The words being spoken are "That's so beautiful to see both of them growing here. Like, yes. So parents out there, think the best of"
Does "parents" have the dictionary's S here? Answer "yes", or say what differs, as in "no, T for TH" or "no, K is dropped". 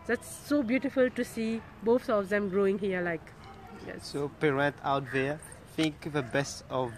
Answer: no, S is dropped